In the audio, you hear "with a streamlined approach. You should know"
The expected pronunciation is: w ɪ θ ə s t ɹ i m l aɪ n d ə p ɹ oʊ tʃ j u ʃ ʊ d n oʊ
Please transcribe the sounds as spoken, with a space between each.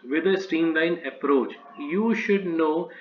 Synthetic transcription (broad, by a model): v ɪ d ə s t i m l aɪ n ə p ɹ oʊ tʃ j u ʃ ʊ d n oʊ